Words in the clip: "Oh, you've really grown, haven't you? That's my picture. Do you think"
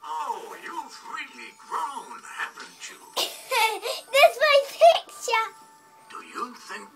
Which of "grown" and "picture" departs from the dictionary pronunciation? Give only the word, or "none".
picture